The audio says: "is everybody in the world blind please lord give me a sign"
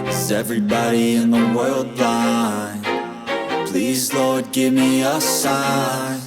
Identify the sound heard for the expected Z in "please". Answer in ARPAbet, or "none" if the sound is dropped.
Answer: Z